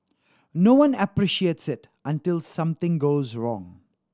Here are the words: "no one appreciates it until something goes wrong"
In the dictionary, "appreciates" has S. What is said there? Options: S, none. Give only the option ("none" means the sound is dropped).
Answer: S